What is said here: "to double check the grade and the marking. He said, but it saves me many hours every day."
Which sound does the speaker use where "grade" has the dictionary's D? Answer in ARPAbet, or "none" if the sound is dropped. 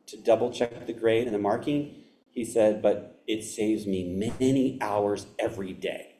D